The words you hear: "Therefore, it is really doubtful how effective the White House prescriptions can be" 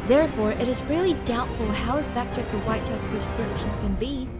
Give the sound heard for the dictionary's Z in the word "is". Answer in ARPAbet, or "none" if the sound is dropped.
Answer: Z